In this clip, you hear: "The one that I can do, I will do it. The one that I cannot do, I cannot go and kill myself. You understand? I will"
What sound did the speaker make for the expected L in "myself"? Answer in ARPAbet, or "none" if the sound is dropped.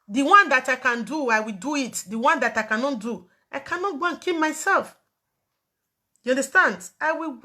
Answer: L